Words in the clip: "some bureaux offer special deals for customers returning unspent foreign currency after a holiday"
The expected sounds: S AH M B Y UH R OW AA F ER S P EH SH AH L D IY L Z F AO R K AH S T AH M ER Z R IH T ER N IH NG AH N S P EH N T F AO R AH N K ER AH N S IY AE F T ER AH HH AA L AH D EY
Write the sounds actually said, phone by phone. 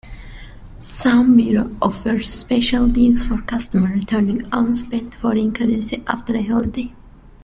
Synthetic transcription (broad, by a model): S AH M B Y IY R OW AA F ER S P EH SH AH L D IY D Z F AO R K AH S T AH M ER R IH T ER N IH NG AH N S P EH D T F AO R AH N K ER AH N S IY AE F T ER AH HH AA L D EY